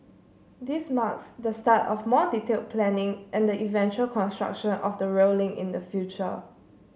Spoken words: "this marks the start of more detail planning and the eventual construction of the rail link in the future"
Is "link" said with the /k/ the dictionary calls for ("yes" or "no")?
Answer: no